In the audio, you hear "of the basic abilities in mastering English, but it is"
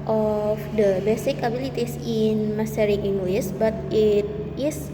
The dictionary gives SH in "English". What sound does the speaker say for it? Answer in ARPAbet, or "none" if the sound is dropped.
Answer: S